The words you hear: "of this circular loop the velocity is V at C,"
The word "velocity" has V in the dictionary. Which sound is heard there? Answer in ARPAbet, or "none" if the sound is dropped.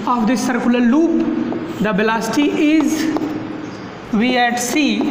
B